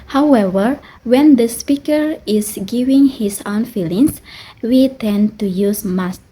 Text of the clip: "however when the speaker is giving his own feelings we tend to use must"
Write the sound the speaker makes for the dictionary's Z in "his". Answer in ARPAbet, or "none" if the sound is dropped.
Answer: S